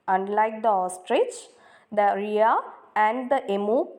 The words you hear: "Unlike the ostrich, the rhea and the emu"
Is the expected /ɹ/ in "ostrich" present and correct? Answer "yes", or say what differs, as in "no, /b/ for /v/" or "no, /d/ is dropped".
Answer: yes